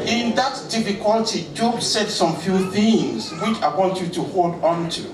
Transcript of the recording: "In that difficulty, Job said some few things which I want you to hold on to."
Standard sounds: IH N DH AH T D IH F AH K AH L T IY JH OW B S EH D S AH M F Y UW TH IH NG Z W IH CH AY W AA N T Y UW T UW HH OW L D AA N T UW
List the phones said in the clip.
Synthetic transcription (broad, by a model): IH N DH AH T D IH F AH K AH L T IY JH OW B S EH D S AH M F Y UW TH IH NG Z W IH CH AY W AA N T Y UW T UW HH OW L D AA N T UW